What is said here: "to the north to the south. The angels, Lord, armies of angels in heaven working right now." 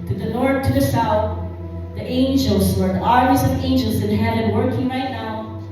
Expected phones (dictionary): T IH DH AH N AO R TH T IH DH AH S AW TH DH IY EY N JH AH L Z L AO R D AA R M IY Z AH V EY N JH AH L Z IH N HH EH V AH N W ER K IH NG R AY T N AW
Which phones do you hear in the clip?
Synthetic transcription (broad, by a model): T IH DH AH N AO R TH T IH DH AH S AW TH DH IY EY N JH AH L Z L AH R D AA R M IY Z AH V EY N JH L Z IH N HH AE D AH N W ER K IH NG R AY T N AW